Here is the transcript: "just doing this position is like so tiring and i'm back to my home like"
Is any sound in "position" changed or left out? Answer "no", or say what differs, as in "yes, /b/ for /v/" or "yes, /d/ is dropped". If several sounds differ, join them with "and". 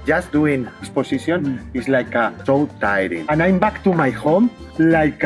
yes, /s/ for /z/ and /s/ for /ʃ/